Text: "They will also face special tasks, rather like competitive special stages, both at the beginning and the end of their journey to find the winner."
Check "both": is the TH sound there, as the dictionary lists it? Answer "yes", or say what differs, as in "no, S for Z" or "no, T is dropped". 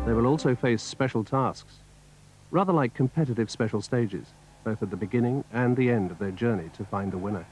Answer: yes